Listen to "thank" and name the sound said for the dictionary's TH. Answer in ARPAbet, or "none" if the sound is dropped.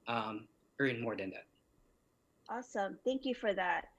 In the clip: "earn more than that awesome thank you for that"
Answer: TH